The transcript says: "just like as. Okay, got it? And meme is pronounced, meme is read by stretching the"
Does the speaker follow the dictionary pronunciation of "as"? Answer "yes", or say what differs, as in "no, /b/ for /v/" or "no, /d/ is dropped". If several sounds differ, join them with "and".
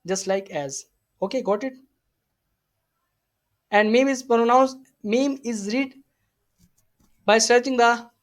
yes